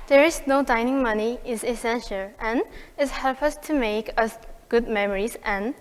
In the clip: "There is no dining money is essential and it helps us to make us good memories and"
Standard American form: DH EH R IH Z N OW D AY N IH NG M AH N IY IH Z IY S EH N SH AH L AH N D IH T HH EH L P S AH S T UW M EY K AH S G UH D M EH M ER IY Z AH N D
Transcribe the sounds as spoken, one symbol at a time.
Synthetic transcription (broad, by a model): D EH R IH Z N OW D AY N IH NG M AH N IY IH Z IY S EH N SH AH L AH N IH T HH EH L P AH S T UW M EY K AH S G UH D M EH M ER IY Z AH N